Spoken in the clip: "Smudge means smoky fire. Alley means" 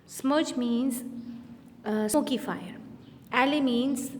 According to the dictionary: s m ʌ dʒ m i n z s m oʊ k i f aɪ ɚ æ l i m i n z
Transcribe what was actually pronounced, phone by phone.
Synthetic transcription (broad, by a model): s m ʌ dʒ m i n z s oʊ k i f aɪ ɚ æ l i m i n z